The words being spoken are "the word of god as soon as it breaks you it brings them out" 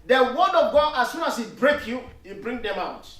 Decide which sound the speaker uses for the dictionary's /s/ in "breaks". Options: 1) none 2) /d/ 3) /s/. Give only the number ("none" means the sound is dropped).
1